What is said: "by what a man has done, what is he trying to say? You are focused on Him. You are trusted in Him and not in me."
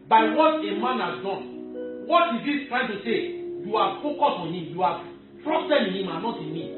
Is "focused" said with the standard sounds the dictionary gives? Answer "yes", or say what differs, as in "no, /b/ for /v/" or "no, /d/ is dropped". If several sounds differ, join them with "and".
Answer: no, /t/ is dropped